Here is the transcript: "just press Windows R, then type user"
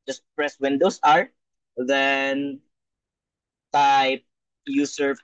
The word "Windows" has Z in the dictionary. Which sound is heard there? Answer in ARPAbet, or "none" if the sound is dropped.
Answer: S